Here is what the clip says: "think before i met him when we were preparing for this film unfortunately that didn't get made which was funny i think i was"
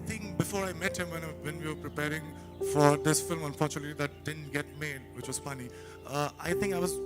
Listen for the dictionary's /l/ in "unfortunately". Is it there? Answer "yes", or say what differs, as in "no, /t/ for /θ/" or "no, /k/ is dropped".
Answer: no, /l/ is dropped